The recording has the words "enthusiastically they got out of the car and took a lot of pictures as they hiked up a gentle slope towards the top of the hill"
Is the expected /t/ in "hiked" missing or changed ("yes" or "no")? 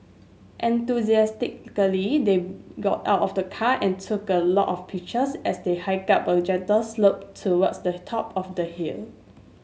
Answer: yes